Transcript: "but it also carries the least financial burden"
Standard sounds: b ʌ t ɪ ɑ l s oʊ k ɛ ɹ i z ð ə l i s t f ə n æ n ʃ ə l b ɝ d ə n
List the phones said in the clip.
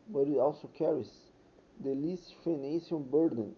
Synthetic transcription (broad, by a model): b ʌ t ɪ ɑ l s oʊ k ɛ ɹ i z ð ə l i s t f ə n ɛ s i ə n b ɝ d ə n